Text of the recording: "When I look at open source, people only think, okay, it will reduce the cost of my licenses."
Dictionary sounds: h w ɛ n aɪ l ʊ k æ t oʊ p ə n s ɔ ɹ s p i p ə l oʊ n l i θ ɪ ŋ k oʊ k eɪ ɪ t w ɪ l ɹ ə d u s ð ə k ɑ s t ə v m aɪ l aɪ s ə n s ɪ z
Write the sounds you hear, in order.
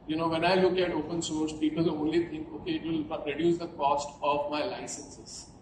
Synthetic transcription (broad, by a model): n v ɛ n aɪ l ʊ k æ t oʊ p ə n s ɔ ɹ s p i p ə l oʊ n l i t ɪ ŋ k oʊ k eɪ ɪ t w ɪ l ɹ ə d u s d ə k ɑ s t ə v m aɪ l aɪ s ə n s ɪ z